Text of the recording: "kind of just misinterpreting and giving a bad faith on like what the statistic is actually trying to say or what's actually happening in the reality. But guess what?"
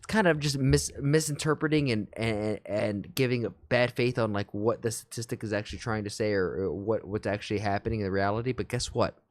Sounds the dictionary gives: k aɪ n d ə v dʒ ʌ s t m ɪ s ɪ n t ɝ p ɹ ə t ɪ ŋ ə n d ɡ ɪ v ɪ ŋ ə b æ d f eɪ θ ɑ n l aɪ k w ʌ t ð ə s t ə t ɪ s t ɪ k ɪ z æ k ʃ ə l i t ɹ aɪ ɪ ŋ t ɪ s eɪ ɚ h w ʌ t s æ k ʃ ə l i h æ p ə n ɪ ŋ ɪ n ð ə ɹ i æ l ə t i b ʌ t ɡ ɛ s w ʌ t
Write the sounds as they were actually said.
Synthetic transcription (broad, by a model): k aɪ n d ə v dʒ ʌ s t m ɪ s ɪ n t ɝ p ɹ ə t ɪ ŋ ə n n ɡ ɪ v ɪ ŋ ə b æ d f eɪ θ n l aɪ k w ʌ t ð ə s t ə t ɪ s t ɪ k ɪ z æ k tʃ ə l i t ɹ aɪ ɪ ŋ t ɪ s eɪ ɚ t w ʌ t s æ k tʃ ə l i h æ p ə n ɪ ŋ ɪ n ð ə ɹ i æ l ə t i b ʌ t ɡ ɛ s w ʌ t